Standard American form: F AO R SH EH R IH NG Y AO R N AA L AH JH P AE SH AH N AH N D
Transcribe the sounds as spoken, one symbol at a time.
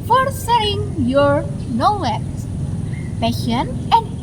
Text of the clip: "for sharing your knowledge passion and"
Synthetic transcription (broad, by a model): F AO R S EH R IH NG Y AO R N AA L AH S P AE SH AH N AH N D